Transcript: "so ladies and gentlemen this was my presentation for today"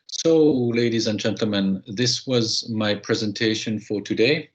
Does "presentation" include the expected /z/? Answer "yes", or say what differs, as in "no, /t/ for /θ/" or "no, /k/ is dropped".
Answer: yes